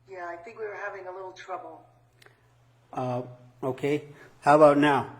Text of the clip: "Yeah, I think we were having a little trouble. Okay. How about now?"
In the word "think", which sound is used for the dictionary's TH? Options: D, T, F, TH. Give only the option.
TH